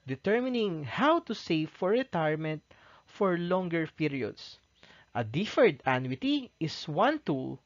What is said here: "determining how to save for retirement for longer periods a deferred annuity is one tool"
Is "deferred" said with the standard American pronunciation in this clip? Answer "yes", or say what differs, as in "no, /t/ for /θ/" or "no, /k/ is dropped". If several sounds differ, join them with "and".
yes